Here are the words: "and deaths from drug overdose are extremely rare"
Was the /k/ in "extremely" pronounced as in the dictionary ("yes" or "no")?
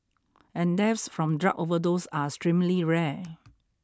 no